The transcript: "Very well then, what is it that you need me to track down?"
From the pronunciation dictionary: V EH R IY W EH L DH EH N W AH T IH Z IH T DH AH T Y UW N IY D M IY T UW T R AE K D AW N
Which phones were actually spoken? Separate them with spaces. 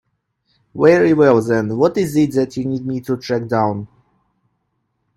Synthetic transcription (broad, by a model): W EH R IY W EH L DH EH N W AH T IH Z IH T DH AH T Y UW N IY D M IY T UW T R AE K D AW N